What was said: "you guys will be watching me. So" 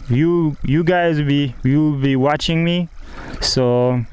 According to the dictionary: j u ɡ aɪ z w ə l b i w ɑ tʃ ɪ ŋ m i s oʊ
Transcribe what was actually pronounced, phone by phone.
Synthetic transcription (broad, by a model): j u ɡ aɪ z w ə w b i w ɑ tʃ ɪ ŋ m i s oʊ